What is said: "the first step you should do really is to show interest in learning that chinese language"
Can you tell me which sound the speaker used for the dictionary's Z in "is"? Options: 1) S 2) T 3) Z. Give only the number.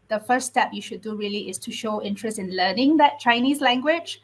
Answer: 1